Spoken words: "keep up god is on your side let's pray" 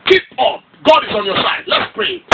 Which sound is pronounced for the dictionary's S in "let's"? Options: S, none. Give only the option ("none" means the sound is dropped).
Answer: S